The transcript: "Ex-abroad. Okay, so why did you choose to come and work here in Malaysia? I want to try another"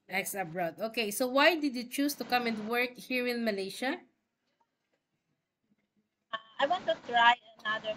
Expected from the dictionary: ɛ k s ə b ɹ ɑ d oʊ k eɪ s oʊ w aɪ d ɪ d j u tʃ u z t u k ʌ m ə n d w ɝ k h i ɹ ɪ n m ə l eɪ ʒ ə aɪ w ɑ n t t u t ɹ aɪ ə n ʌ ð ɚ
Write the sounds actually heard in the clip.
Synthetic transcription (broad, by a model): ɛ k s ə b ɹ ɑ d oʊ k eɪ s oʊ w aɪ d ɪ d j u tʃ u s t u k ʌ m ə n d w ɝ k h i ɹ ɪ n m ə l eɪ ʃ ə aɪ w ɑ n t t u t ɹ aɪ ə n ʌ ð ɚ